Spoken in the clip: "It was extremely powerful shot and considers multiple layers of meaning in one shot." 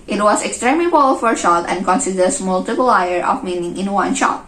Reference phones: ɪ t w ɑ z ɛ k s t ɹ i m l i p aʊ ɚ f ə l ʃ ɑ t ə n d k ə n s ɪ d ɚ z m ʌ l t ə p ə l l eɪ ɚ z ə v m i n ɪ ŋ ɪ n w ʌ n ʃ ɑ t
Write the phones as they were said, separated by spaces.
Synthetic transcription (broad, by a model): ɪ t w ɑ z ɛ k s t ɹ i m l i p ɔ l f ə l ʃ ɑ t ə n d k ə n s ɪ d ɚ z m ʌ l t ə p ə l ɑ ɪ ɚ ə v m i n ɪ ŋ ɪ n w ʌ n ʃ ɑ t